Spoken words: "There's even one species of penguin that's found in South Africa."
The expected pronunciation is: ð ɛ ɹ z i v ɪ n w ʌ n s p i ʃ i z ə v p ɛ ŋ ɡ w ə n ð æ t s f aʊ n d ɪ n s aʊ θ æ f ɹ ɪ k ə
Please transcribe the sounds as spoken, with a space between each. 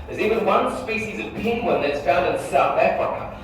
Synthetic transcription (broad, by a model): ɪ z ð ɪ w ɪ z w ʌ n s p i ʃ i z ə v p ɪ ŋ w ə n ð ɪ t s f aʊ n d ɪ n s aʊ θ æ f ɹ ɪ k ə